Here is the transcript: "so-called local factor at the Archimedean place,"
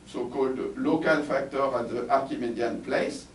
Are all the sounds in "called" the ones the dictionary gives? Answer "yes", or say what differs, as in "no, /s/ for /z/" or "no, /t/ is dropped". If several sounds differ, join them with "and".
yes